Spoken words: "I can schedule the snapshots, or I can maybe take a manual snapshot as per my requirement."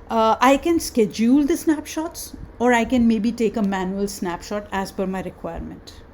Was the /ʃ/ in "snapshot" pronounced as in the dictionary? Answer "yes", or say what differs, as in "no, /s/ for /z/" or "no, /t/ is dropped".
yes